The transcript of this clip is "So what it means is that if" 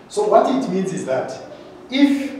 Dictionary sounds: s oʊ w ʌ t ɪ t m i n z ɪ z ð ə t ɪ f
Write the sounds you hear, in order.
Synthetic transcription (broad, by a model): s oʊ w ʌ t ɪ t m i n z ɪ z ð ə t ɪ f